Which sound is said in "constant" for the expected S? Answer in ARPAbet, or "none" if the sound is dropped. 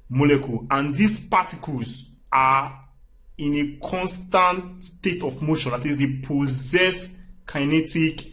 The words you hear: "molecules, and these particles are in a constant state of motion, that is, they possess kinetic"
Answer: S